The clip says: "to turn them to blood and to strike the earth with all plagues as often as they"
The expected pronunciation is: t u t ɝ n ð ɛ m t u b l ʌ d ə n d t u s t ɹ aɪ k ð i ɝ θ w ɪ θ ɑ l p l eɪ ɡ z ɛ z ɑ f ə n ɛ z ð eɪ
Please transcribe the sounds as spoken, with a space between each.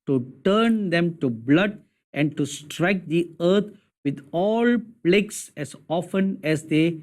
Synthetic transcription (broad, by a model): t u t ɝ n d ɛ m t u b l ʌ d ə n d t u s t ɹ aɪ k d i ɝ t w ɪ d ɑ l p l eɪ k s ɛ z ɑ f ə n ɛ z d eɪ